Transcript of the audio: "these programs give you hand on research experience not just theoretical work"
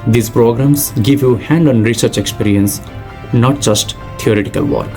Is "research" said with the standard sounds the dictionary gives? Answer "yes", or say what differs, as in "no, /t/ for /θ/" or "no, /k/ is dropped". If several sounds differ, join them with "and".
yes